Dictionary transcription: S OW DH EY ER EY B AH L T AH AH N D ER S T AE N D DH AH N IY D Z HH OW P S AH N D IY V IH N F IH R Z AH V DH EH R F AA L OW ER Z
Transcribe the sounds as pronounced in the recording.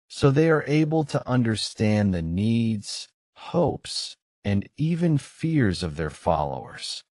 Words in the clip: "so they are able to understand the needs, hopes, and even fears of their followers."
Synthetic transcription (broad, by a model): S OW DH EY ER EY B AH L T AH AH N D ER S T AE N DH AH N IY D Z HH OW P S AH N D IY V IH N F IH R Z AH V DH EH R F AA L OW ER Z